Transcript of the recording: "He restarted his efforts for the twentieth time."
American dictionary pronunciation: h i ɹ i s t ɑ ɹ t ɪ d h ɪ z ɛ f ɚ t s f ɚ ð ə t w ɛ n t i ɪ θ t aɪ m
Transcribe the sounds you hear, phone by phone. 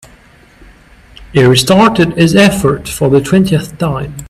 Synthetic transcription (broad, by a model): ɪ ɹ i s t ɑ ɹ t ɪ d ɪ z ɛ f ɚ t f ɚ ð ə t w ɛ n t i ɪ θ t aɪ m